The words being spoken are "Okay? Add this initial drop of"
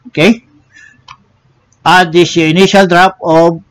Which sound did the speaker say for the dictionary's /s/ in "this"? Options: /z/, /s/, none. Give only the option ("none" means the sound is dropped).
none